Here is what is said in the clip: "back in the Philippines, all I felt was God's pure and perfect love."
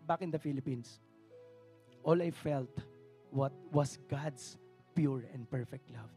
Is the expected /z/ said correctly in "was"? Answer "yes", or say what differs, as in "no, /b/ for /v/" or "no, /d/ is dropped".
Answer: no, /s/ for /z/